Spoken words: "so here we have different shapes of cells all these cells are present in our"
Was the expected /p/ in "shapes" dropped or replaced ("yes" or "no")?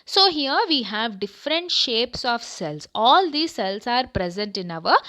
no